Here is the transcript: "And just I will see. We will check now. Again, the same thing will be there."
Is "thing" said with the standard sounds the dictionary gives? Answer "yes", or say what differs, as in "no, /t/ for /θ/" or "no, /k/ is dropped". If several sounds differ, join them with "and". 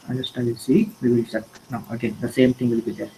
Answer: no, /t/ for /θ/